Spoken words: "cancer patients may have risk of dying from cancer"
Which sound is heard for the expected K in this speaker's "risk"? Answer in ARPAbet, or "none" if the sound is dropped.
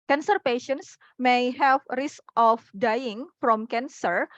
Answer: K